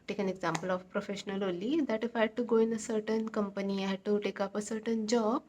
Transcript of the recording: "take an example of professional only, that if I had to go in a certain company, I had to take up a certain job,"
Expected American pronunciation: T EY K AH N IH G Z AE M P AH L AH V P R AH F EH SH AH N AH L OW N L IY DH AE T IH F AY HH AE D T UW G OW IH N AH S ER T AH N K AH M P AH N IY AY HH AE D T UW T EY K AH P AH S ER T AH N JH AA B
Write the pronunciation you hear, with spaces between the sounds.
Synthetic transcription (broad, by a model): T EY K AH N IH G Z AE M P AH L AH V P R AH F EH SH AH N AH L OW L IY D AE T IH F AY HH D T UW G OW IH N AH S ER T AH N K AH M P AH N IY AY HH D T UW T EY K AH P AH S ER T AH N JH AA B